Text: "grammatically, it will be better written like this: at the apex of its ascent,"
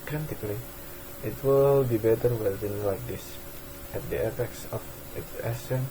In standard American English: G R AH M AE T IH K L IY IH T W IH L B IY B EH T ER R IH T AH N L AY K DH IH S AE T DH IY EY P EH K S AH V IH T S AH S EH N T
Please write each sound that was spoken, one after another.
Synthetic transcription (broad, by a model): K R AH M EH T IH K L IY IH T W IH L B IY B EH T ER W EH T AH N L AY K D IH S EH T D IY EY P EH K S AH F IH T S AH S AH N